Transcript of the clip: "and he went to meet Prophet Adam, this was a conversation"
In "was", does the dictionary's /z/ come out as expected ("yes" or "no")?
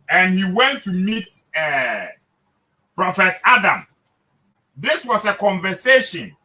no